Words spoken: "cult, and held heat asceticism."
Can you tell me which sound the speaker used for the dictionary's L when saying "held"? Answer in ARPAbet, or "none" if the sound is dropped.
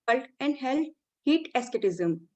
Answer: L